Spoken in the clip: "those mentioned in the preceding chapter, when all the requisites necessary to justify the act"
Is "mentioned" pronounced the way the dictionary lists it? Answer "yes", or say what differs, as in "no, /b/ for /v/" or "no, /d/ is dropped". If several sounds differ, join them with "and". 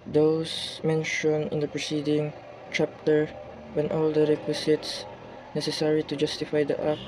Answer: no, /d/ is dropped